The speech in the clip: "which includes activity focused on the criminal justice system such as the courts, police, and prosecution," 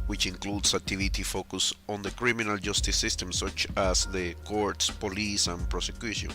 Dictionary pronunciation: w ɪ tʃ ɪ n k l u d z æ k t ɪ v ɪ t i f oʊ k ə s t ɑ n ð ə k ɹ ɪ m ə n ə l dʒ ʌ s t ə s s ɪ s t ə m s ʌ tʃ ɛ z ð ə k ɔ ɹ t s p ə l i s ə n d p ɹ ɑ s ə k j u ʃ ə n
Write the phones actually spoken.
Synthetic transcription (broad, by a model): w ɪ tʃ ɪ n k l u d s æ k t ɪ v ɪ t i f oʊ k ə s ɑ n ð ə k ɹ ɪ m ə n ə l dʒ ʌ s t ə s s ɪ s t ə m s ʌ tʃ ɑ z ð ə k ɔ ɹ t s p ə l i s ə n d p ɹ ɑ s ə k j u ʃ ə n